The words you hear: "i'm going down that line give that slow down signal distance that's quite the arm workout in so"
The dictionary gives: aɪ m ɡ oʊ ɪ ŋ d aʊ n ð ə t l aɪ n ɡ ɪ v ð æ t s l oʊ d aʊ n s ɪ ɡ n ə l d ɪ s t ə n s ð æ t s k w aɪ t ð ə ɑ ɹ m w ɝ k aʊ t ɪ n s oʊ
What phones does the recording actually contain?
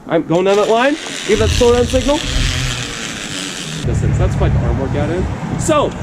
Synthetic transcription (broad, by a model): aɪ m ɡ oʊ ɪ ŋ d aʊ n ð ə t l aɪ n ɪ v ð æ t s oʊ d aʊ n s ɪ ɡ n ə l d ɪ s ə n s ð æ t s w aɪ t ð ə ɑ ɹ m w ɝ k aʊ t ɪ n s oʊ